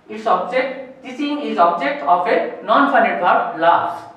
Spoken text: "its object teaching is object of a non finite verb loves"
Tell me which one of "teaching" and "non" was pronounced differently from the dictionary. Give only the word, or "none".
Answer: teaching